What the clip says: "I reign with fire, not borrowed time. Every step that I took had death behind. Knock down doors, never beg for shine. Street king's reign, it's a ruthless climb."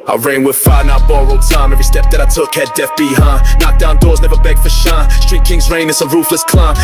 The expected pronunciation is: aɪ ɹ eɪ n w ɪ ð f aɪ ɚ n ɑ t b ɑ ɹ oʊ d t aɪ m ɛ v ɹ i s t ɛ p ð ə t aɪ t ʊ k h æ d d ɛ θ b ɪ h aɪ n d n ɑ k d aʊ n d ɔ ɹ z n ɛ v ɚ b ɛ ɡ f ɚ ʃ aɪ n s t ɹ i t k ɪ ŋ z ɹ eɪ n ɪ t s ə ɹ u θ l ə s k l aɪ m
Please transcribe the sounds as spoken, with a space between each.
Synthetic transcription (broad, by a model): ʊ ɹ eɪ n w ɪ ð f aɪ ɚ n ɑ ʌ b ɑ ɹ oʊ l t aɪ m ɛ v ɹ i s t ɛ p ð ə t aɪ t ʊ k h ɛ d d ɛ f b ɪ h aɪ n n ɑ k d aʊ n d ɔ ɹ z n ɛ v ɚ b ɛ ɡ f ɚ ʃ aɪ s t ɹ i t k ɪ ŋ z ɹ eɪ n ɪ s ə ɹ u f l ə s k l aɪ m